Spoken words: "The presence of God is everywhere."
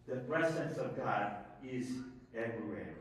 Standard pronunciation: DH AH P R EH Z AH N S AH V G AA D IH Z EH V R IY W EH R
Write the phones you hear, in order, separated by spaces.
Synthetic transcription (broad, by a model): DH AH P R EH Z AH N S AH V G AA D IH Z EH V R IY W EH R